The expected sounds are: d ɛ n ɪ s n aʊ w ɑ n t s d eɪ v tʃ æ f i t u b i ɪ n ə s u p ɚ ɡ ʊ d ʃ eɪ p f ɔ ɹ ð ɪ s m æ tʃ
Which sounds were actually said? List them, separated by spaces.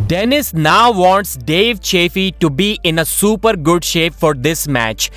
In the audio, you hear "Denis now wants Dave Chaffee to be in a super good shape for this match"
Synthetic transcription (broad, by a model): d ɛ n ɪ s n aʊ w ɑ n t s d eɪ v tʃ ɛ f i t u b i ɪ n ə s u p ɚ ɡ ʊ d ʃ eɪ p f ɔ ɹ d ɪ s m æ tʃ